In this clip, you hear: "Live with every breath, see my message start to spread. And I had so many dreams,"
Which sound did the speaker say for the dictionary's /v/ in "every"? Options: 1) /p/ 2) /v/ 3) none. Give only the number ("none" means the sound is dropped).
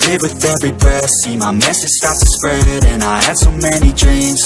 2